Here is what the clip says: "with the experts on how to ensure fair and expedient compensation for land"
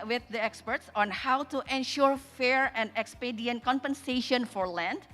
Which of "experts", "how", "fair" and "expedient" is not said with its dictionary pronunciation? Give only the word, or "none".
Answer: none